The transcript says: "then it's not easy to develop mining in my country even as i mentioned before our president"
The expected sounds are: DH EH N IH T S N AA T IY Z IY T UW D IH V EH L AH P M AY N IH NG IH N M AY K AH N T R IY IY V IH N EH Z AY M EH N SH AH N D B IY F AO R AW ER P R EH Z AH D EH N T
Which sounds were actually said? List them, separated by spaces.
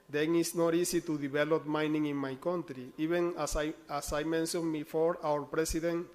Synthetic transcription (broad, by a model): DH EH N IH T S N AA T IY S IY T UW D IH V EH L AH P M AY N IH NG IH N M AY K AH N T R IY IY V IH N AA S AY M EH N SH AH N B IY F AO R AW ER P R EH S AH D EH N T